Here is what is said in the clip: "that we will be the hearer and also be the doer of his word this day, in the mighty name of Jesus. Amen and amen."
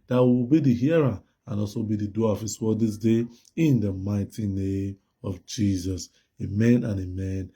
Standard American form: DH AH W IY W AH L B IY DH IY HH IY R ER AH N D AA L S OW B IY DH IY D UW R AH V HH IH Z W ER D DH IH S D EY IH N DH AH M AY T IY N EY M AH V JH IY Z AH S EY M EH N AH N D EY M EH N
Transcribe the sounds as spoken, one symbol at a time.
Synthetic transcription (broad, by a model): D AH W IY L B IY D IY HH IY R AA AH N AA L S OW B IY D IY D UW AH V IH S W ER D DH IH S D EY IH N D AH M AY T IY N EY M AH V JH IY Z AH S EY M EH N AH N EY M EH N